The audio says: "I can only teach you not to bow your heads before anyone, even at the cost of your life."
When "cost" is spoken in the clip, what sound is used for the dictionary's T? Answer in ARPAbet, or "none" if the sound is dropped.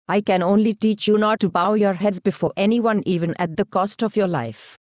T